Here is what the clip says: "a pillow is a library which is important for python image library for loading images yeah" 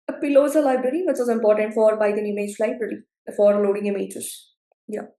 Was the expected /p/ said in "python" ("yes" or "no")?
no